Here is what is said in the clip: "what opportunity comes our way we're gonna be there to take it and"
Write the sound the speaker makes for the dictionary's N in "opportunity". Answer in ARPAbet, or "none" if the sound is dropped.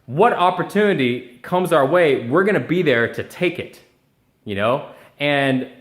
N